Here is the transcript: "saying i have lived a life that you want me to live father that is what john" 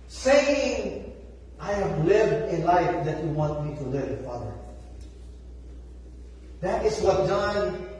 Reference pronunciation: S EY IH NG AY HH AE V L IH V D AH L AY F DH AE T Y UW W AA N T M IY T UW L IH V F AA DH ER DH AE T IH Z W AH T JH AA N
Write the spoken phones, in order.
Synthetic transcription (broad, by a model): S EY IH NG AY HH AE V L IH V D AH L AY F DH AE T Y UW W AA N T M IY T UW L IH V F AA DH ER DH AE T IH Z W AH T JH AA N